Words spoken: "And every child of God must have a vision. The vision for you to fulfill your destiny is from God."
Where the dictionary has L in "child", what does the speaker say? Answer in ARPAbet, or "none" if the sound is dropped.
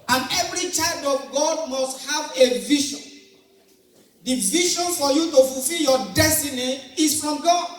L